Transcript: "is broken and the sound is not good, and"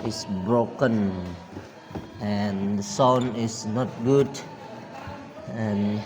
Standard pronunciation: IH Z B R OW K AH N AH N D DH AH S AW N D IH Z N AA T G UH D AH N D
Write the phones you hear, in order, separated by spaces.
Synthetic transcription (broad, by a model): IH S B R OW K AH N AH N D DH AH S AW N IH S N AA T G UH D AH N